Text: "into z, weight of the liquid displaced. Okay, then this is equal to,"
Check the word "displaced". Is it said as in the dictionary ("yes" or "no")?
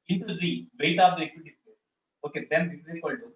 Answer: no